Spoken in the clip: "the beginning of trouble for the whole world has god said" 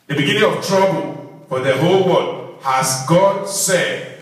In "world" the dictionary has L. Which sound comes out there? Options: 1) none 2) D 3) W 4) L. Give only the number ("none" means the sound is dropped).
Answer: 1